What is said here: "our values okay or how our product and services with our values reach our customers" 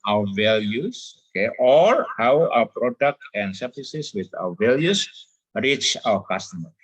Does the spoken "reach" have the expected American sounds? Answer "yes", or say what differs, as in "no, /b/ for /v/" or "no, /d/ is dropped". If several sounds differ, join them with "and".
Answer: yes